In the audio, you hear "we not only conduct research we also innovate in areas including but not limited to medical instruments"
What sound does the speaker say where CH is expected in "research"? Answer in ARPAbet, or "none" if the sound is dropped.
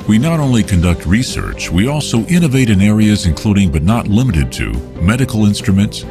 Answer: CH